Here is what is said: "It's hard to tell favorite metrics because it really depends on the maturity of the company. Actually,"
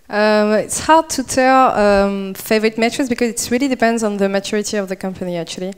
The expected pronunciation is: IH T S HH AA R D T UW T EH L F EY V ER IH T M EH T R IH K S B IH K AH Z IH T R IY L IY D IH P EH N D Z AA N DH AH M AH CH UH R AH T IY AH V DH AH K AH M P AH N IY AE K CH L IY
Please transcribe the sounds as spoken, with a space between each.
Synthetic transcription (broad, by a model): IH T S HH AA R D T UW T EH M F EY V ER IH T M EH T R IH S B IH K AH Z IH T R IY L IY D IH P EH N D Z N DH AH M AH CH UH R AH T IY AH V DH AH K AH M P AH N IY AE K CH L IY